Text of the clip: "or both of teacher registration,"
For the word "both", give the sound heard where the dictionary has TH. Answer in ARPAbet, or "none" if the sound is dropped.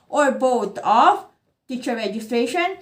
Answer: T